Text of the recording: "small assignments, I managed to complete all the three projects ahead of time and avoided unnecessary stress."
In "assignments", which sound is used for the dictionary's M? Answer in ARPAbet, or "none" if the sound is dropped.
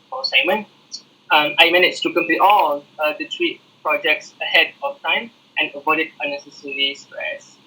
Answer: none